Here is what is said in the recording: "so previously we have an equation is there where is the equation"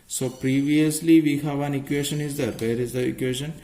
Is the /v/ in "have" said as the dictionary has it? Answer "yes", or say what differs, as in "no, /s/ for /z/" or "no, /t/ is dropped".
yes